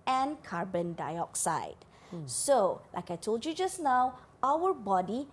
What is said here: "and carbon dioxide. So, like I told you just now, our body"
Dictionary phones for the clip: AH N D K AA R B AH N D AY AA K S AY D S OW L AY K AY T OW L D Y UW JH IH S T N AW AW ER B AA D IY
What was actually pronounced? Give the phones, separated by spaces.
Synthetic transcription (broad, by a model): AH N K AA R B AH N D AY AA K S AY D S OW L AY K AY T OW L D Y UW JH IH S N AW AW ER B AA D IY